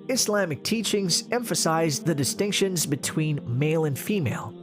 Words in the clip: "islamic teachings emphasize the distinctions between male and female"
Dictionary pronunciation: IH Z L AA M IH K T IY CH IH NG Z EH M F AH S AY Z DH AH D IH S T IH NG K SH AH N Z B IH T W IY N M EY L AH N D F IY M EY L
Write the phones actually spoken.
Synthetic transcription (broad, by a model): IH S L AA M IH K T IY CH IH NG Z EH M F AH S AY Z DH AH D IH S T IH NG K SH AH N Z B IH T W IY N M EY L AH N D F IY M EY L